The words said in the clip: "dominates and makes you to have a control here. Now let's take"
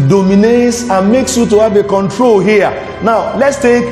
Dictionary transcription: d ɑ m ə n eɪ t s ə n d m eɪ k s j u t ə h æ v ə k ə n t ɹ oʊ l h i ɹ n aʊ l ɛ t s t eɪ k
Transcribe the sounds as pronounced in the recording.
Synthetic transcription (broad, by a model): d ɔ m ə n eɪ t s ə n m eɪ k s j u t ə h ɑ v ə k ə n t ɹ oʊ l h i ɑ n aʊ l ɛ t s t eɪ k